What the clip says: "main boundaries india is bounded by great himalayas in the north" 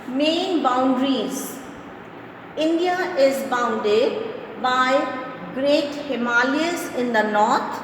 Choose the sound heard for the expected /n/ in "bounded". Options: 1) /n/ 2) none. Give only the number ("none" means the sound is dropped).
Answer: 1